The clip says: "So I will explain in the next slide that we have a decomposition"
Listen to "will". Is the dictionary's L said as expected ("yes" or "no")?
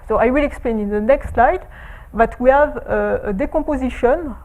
yes